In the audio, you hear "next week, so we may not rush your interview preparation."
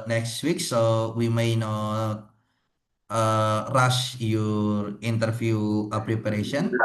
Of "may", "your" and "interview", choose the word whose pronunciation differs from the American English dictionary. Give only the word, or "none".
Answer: interview